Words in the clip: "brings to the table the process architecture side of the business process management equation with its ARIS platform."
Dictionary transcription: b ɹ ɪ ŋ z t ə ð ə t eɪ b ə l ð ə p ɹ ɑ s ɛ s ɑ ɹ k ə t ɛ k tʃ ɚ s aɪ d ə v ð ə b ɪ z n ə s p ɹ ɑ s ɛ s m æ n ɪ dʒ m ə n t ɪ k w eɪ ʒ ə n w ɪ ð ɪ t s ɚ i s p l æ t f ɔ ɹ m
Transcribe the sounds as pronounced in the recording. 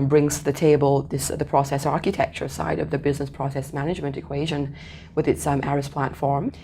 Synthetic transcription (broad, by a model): b ɹ ɪ ŋ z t ð ə t eɪ b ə l ð ə p ɹ ɑ s ɛ s ɑ ɹ k ə t ɛ k tʃ ɚ s aɪ d ə v ð ə b ɪ z n ə s p ɹ ɑ s ɛ s m æ n ɪ dʒ m ə n t ɪ k w eɪ ʒ ə n w ɪ ð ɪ t s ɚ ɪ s p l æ t f ɔ ɹ m